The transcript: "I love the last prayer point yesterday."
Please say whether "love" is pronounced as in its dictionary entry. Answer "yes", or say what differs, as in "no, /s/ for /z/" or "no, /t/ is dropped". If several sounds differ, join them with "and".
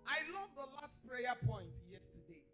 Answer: yes